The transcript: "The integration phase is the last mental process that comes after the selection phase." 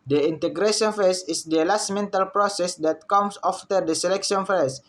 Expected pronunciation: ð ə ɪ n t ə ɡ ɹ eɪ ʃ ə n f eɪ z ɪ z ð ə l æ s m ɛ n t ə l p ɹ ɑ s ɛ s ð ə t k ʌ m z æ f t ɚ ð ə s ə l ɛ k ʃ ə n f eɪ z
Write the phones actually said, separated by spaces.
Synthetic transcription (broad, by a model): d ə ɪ n t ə ɡ ɹ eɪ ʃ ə n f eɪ s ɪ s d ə l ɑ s m ɛ n t ə l p ɹ ɑ s ɛ s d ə t k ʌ m s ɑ f t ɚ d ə s ə l ɛ k ʃ ə n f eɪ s